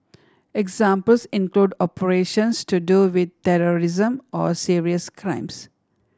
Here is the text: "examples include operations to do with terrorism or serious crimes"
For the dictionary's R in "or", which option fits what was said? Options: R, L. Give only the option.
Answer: R